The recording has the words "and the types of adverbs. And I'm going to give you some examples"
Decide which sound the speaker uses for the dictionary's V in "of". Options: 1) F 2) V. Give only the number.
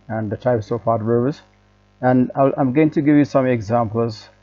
1